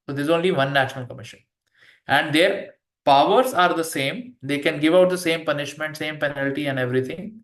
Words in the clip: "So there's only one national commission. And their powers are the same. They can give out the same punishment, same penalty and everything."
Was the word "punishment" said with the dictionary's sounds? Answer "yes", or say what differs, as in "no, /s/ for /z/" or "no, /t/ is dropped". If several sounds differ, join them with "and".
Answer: yes